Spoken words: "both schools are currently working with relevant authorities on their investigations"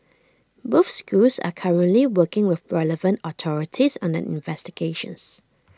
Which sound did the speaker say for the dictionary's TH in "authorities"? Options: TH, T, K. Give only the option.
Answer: T